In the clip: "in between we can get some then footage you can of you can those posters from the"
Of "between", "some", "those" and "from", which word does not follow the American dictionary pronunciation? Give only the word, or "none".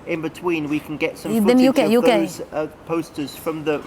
those